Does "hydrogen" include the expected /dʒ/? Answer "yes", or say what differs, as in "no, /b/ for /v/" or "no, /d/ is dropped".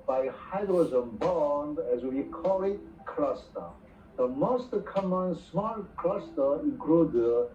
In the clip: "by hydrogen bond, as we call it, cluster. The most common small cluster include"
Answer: no, /z/ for /dʒ/